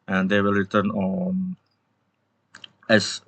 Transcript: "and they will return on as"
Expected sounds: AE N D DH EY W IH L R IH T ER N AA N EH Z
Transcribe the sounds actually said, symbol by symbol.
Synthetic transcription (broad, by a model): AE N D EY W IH L R IH T ER N AA N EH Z